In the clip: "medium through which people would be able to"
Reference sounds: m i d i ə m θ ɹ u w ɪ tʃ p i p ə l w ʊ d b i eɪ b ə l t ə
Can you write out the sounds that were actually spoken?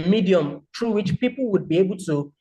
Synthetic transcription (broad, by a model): m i d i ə m t ɹ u w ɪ tʃ p i p ə l w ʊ d b i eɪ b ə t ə